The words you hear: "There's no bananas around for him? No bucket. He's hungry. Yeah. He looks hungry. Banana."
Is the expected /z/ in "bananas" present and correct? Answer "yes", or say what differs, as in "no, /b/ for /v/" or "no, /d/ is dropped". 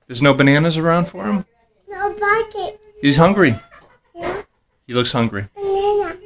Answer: yes